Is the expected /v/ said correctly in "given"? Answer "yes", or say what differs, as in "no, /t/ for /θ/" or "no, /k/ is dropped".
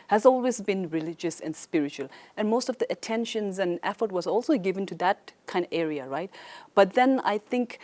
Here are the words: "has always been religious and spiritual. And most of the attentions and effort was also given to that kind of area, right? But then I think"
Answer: yes